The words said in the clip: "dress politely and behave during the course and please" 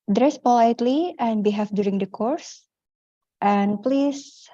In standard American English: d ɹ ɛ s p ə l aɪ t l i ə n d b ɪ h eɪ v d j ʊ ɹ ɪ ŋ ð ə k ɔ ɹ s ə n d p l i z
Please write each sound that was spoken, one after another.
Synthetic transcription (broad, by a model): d ɹ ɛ s p ə l aɪ t l i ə n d b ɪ h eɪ f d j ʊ ɹ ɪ ŋ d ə k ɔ ɹ s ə n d p l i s